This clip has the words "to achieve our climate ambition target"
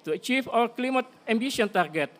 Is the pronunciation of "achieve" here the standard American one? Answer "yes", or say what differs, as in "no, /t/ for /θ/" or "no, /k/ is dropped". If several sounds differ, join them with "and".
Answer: no, /f/ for /v/